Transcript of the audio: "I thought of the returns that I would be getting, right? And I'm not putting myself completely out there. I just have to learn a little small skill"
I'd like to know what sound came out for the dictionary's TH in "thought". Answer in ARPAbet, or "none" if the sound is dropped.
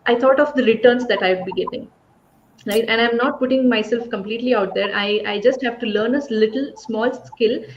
T